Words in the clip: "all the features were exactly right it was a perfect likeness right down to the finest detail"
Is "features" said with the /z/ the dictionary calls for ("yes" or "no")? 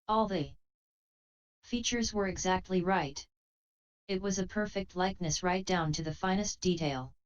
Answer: yes